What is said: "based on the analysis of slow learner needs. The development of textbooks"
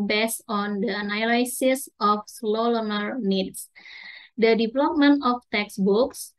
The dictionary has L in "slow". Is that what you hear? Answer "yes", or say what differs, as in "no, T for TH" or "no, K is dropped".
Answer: yes